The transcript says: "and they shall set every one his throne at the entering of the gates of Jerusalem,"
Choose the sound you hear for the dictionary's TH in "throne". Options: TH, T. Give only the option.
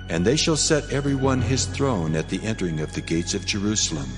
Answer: TH